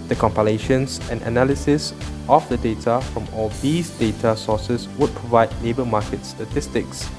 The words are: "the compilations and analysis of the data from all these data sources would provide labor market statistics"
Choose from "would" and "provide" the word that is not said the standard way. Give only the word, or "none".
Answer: none